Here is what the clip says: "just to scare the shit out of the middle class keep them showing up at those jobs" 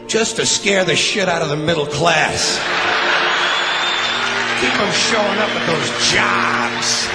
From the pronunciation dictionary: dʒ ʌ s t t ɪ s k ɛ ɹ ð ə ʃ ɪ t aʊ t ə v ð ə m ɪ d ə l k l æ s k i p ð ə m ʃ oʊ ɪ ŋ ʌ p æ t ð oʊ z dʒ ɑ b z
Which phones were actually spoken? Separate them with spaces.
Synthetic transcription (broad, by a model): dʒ ʌ s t t ɪ s k ɛ ɹ ð ə ʃ ɪ t aʊ t ə v ð ə m ɪ d l k l æ s k i p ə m ʃ oʊ ɪ ŋ ʌ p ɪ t ð oʊ z dʒ ɑ b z